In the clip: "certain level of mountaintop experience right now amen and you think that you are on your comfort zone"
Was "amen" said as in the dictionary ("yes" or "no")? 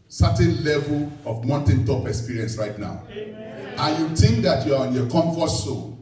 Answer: no